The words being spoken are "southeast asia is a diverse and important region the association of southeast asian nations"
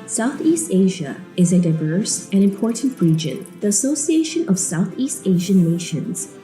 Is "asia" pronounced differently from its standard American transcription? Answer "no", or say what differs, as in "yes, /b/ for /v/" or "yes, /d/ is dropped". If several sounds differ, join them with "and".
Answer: no